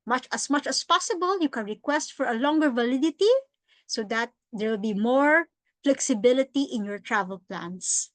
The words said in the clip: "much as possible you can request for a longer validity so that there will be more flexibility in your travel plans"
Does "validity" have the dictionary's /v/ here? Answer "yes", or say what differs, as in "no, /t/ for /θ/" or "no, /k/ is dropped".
yes